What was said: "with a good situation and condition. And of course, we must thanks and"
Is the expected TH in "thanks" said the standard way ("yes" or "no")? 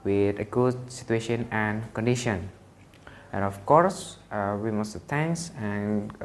no